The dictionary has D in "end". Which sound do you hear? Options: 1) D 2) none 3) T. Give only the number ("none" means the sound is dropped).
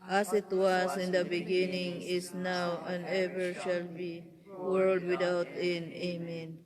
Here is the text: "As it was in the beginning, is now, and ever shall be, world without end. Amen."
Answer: 2